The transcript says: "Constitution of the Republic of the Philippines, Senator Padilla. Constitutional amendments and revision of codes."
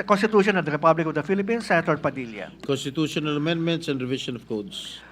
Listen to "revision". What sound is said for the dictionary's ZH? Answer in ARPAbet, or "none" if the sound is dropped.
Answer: SH